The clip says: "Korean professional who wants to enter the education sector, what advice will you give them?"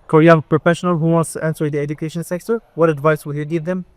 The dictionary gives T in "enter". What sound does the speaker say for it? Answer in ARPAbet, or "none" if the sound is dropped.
S